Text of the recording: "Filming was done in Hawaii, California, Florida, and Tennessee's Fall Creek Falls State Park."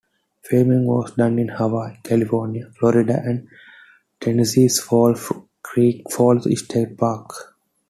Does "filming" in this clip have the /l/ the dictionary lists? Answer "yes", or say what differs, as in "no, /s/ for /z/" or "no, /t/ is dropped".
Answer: no, /l/ is dropped